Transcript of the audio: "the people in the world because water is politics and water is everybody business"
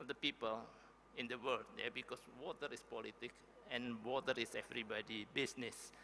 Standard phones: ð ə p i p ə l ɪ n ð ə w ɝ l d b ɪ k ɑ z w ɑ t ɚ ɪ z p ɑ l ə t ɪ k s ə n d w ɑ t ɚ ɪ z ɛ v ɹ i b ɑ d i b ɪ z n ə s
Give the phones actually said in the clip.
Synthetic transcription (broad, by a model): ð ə p i p ə l ɪ n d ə w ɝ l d b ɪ k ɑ s w ɑ t ɚ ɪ s p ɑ l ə t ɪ k ə n w ɑ t ɚ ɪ s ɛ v ɹ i b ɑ d i b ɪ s n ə s